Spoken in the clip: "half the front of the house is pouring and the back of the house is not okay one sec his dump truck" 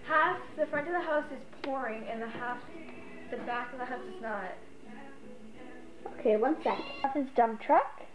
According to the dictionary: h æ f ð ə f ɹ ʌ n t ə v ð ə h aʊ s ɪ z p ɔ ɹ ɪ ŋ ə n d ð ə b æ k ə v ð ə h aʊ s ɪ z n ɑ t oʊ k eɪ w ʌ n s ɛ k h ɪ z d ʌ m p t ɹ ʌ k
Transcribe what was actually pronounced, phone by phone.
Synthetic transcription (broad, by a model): h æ f ð ə f ɹ ʌ n t ə v ð ə h aʊ s ɪ z p ɔ ɹ ɪ ŋ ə n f ð ə b æ k ə v ð ə h aʊ s ɪ z n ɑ t oʊ k eɪ w ʌ n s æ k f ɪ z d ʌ m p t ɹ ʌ k